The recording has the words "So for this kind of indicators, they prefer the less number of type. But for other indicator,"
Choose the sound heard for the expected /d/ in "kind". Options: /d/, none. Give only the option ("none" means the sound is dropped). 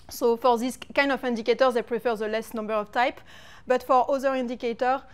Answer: /d/